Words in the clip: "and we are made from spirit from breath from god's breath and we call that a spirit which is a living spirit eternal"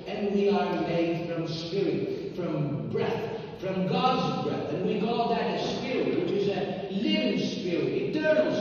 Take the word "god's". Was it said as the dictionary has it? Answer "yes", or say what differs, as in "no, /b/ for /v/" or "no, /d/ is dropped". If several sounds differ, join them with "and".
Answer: yes